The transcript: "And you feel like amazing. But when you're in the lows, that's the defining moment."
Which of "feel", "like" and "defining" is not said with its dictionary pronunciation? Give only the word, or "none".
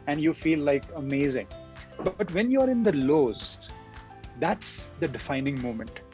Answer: none